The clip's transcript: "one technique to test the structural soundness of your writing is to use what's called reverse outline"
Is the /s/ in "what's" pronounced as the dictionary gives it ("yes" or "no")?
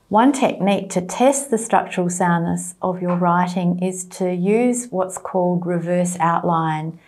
yes